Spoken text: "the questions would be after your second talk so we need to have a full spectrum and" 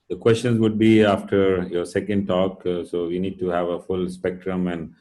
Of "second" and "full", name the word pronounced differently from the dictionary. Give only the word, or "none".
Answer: none